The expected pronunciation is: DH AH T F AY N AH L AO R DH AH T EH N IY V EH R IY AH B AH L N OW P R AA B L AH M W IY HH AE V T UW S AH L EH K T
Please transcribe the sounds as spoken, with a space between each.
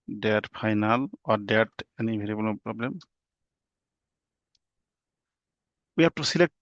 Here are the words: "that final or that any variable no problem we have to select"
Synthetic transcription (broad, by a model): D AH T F AY N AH L AO R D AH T EH N IY B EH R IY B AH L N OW P R AA B L AH M W IY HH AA P T UW S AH L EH K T